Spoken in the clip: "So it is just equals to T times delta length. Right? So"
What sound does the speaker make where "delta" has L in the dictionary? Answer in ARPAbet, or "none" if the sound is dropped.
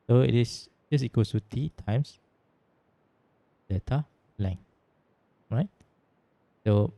none